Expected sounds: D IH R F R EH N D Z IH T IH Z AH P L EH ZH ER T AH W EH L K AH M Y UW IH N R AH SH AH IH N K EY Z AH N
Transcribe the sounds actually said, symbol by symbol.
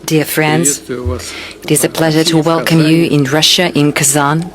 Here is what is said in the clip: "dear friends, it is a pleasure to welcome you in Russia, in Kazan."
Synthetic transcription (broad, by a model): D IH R F R EH N D Z IH T IH Z AH P L EH ZH ER T AH W EH L K AH M Y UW IH N R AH SH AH IH N K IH Z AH N